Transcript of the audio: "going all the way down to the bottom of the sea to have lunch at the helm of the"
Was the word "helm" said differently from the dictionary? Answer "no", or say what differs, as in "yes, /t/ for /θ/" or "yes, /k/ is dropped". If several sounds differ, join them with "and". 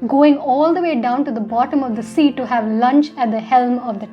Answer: no